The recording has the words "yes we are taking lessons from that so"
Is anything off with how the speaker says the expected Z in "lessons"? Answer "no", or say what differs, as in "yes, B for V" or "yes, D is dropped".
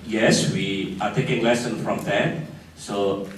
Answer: yes, Z is dropped